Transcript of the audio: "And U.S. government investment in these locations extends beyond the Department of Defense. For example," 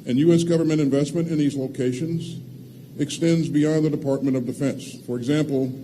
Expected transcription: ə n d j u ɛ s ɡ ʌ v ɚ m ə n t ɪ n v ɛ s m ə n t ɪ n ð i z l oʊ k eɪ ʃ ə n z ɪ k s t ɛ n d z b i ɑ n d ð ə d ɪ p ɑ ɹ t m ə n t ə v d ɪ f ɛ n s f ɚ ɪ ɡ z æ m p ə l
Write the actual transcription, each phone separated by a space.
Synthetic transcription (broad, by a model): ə n j u ɛ s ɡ ʌ v ɚ m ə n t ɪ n v ɛ s m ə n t ɪ n ð i z l oʊ k eɪ ʃ ə n z ɪ k s t ɛ n d z b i ɑ n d ð ə d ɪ p ɑ ɹ t m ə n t ə v d ɪ f ɛ n s f ɚ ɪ ɡ z æ m p l